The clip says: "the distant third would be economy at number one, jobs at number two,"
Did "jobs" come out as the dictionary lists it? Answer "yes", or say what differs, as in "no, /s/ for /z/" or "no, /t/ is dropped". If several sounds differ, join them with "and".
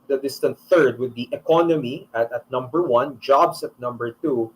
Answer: no, /s/ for /z/